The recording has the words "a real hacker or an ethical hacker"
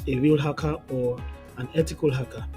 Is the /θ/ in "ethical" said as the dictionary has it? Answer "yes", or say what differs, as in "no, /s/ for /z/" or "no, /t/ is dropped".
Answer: no, /t/ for /θ/